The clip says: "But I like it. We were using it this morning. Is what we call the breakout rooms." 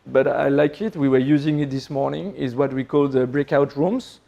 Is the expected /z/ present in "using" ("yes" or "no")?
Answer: yes